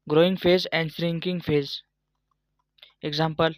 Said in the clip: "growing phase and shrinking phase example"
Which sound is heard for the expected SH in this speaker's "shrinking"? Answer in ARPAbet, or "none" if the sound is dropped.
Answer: S